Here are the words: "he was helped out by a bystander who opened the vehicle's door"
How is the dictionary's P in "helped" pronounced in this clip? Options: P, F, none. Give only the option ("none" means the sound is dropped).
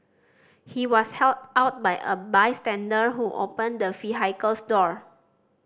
none